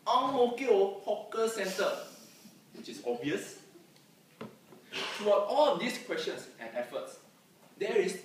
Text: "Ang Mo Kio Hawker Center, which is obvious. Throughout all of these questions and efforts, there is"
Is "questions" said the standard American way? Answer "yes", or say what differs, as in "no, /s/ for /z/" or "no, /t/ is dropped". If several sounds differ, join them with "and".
no, /s/ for /z/